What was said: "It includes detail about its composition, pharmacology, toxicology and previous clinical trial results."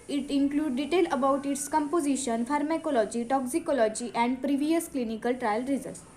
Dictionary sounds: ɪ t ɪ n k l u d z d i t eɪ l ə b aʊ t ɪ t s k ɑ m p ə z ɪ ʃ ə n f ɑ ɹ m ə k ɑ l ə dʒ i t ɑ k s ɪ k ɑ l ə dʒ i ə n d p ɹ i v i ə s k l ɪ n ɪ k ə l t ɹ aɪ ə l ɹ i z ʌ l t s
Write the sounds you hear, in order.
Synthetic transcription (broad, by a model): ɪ t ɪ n k l u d d i t eɪ l ə b aʊ t ɪ t s k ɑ m p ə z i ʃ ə n f ɑ ɹ m ə k ɑ l ə dʒ i t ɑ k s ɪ k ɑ l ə dʒ i ə n d p ɹ i v i ə s k l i n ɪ k ə l t ɹ aɪ ə l ɹ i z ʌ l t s